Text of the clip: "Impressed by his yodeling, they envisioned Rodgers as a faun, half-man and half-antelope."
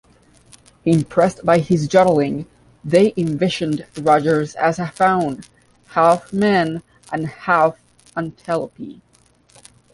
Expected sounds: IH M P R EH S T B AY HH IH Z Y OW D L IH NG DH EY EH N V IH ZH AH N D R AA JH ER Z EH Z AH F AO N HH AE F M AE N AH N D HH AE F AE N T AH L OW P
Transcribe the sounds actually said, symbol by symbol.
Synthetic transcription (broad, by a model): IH M P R EH S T B AY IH Z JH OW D L IH NG DH EY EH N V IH SH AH N D R AA JH ER Z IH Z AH F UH N HH AE F M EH N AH N HH AE F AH N T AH L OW P